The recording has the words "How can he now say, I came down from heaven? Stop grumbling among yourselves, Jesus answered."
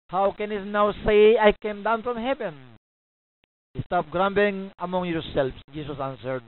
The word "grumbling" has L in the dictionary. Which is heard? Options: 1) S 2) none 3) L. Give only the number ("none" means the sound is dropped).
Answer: 2